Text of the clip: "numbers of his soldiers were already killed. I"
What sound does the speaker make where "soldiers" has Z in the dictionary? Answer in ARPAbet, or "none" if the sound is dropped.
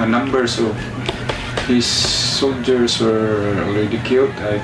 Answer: S